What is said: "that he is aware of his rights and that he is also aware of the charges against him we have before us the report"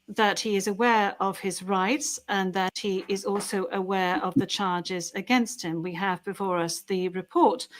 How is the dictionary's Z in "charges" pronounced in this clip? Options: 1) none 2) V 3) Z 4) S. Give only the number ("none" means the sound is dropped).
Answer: 3